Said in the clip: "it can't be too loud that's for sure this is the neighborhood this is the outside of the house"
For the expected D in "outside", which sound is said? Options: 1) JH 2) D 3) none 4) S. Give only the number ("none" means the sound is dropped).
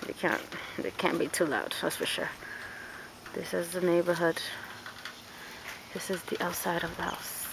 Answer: 2